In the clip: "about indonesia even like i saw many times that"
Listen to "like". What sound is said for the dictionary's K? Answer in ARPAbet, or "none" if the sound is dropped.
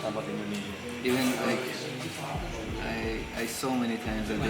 none